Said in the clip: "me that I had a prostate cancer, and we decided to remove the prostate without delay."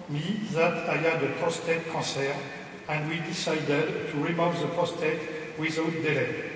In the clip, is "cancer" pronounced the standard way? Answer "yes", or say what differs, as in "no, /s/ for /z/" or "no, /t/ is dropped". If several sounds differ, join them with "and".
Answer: no, /n/ is dropped